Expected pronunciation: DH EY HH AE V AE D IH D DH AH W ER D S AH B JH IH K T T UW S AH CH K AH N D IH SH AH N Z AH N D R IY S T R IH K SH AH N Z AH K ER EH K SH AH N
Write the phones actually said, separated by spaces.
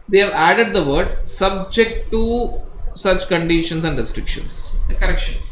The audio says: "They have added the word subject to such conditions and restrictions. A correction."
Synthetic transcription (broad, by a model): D EY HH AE V AE D IH D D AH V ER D S AH B JH IH K T T UW S AH CH K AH N D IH SH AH N S AH N D R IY S T R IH K SH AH N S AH K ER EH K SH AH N